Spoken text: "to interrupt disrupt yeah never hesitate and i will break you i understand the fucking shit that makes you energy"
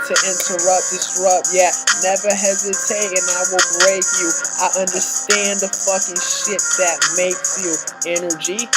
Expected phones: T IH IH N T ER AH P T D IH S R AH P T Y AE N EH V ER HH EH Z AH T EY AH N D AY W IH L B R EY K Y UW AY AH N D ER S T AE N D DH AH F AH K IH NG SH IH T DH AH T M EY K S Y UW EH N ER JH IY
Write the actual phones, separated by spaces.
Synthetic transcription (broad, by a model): T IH IH N T ER AH P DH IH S R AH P Y AE N EH V ER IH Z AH S EY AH N AY W IH L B R EY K Y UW AY AH N D ER S T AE N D DH AH F AH K IH NG SH IH T DH AH T M EY K S Y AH EH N ER JH IY